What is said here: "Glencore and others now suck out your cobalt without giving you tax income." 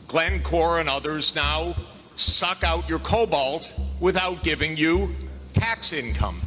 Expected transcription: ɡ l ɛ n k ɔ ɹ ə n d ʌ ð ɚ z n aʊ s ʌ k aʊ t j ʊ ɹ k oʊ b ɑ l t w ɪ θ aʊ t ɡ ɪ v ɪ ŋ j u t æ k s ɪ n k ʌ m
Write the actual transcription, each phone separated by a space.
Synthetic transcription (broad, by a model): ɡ l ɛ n k ɔ ɹ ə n ʌ ð ɚ z n aʊ s ʌ k aʊ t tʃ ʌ ɹ k oʊ b ɑ l t w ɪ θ aʊ t ɡ ɪ v ɪ ŋ j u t æ k s ɪ n k ʌ m